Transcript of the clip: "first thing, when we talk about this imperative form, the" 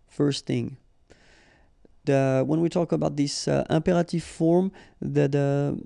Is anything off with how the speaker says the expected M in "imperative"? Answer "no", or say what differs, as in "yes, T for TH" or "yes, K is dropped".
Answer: no